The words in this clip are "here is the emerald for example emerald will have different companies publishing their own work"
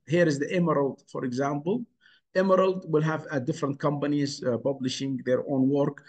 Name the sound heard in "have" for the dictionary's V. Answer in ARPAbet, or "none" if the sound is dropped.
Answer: V